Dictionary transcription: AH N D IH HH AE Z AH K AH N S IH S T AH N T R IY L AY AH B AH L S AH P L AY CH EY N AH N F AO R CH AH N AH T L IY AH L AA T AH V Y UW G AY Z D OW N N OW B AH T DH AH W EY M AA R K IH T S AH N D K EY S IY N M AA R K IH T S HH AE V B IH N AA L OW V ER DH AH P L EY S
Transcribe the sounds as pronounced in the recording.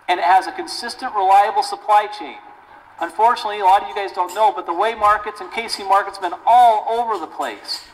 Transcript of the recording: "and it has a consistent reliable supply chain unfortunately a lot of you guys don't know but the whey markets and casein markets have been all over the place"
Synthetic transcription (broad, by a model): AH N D IH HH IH Z AH K AH N S IH S T AH N T R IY L AY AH B L S AH P L AY CH EY N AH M F AO R CH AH N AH T L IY AH L AA T AH V Y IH G AY Z D OW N N OW B AH T DH AH W EY M AA R K IH T S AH N K EY S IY M AA R K IH T S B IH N AA L OW V ER DH AH P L EY S